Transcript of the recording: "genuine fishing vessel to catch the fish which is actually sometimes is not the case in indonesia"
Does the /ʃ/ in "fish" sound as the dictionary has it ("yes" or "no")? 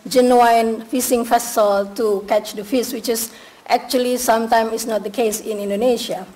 no